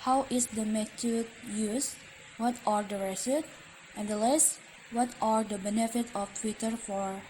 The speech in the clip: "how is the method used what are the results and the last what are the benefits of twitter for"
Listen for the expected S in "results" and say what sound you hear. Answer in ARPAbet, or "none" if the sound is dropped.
none